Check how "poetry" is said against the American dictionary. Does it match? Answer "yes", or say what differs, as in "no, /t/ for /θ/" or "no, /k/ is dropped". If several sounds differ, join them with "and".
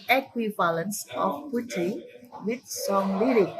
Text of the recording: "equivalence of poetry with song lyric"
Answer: no, /ɹ/ is dropped